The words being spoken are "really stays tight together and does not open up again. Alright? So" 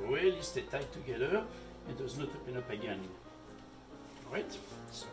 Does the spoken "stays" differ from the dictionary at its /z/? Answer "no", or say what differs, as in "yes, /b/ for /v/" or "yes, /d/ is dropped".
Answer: yes, /z/ is dropped